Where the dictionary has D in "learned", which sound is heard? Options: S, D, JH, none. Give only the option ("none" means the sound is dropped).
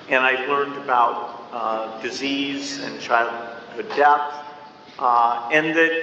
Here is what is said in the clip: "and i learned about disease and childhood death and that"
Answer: D